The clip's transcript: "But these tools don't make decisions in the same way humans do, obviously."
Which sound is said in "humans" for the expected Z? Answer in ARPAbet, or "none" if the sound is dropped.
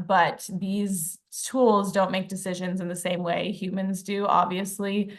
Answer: Z